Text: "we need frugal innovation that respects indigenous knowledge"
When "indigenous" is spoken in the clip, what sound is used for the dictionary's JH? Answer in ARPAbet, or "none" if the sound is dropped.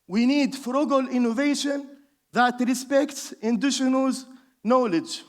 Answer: SH